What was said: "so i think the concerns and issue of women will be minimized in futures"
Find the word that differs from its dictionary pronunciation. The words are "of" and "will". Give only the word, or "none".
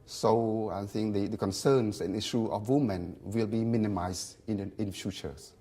of